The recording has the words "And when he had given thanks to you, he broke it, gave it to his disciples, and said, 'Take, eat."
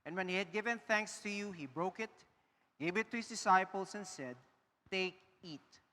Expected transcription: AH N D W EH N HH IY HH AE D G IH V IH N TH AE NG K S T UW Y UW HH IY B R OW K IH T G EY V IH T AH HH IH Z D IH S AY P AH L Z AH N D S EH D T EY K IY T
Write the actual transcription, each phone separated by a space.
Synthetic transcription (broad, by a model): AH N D W EH N HH IY HH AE D G IH V IH N TH AE NG K S T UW Y UW HH IY B R OW K IH T G EY V IH T AH HH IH S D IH S AY P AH L S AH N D S EH D T EY K IY T